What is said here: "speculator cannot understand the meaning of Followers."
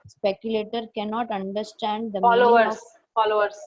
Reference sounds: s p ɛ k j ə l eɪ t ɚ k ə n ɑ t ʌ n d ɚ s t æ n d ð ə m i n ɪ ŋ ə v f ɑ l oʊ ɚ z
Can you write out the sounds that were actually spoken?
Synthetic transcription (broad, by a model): s p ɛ k j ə l eɪ t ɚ k ə n ɑ t ʌ n d ɚ s t æ n d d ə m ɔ l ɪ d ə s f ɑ l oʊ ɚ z